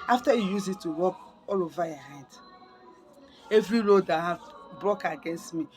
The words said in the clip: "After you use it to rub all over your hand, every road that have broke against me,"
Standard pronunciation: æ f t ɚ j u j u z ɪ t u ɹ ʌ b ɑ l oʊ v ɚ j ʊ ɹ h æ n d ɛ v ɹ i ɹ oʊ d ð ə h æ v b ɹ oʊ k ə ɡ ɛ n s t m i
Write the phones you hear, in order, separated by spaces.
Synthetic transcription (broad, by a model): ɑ f t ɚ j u j u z ɪ t u w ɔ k ɑ l oʊ v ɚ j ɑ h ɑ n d ɛ v ɹ i ɹ oʊ d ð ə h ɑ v b ɹ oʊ k ə ɡ ɛ n s t m i